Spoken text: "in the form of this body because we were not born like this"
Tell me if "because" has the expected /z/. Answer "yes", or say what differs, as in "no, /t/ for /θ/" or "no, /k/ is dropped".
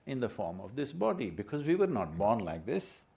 yes